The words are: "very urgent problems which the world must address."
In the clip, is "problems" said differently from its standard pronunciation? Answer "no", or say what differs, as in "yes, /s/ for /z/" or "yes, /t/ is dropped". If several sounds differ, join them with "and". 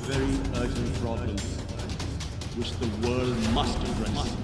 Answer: yes, /l/ is dropped